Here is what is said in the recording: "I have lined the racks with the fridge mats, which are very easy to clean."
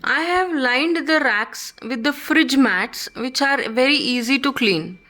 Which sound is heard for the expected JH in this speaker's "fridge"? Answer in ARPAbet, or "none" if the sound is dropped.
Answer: JH